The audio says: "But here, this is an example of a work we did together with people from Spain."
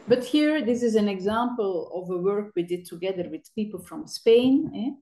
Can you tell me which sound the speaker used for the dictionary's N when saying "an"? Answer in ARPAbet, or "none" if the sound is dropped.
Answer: N